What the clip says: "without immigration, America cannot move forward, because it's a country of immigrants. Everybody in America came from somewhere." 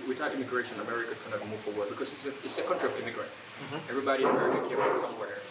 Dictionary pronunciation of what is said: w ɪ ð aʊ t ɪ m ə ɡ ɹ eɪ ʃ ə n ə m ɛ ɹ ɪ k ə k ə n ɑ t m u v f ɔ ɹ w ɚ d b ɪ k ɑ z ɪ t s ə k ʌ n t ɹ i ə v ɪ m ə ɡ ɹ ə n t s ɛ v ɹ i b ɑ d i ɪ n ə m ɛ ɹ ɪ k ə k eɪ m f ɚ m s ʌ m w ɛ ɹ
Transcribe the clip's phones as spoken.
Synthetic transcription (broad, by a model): w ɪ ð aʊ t ɪ m ə ɡ ɹ eɪ ʃ ə n ə m ɛ ɹ ɪ k ə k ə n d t m u v f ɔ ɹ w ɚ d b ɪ k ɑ s ɪ t s ə k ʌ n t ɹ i ə v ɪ m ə ɡ ɹ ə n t ɛ v ɹ i b ɑ d i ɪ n ə m ɛ ɹ ɪ k ə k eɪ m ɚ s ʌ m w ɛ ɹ